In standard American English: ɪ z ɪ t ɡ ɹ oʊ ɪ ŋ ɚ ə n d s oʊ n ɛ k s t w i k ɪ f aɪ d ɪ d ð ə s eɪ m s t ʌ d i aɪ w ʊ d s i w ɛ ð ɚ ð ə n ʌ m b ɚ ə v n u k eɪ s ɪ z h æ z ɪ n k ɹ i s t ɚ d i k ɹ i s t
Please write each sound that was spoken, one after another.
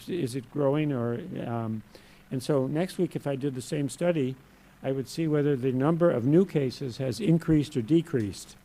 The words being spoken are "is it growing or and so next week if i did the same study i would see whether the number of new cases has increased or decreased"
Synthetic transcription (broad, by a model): ɪ z ɪ t ɡ ɹ oʊ ɪ ŋ ɚ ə n s oʊ n ɛ k s t w i k ɪ f aɪ d ɪ d ð ə s eɪ m s t ʌ d i aɪ w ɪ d s i w ɛ ð ɚ ð ə n ʌ m b ɚ ə v n u k eɪ s ɪ z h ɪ z ɪ n k ɹ i s t ɚ d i k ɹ i s t